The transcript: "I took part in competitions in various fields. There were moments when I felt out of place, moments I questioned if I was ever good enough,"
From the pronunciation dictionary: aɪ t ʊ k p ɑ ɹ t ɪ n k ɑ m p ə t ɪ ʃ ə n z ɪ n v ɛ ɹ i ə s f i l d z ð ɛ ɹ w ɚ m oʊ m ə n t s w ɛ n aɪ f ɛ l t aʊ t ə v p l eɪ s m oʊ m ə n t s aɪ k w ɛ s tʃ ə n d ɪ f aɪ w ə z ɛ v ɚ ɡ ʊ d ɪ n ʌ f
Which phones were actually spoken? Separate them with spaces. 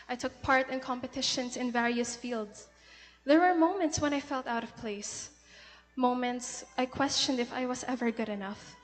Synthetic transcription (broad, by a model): aɪ t ʊ k p ɑ ɹ t ɪ n k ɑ m p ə t ɪ ʃ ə n s ɪ n v ɛ ɹ i ə s f i l d s ð ɛ ɹ w ɚ m oʊ m ə n t s w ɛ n aɪ f ɛ l t aʊ t ə v p l eɪ s m oʊ m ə n t s aɪ k w ɛ s tʃ ə n d ɪ f aɪ w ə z ɛ v ɚ ɡ ʊ d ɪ n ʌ f